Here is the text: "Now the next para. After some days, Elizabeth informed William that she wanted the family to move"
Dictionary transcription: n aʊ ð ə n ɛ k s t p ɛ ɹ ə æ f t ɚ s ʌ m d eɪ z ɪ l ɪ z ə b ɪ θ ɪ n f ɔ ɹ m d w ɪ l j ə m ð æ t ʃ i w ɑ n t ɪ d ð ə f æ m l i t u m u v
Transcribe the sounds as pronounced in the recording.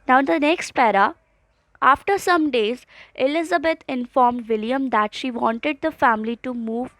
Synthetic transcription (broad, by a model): n aʊ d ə n ɛ k s t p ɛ ɹ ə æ f t ɚ s ʌ m d eɪ z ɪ l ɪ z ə b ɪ t ɪ n f ɔ ɹ m d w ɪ l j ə m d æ t ʃ i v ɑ n t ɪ d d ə f æ m l i t u m u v